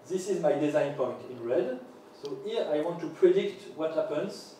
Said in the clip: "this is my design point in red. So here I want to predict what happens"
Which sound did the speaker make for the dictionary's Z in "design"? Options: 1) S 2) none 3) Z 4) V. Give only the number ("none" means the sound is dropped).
3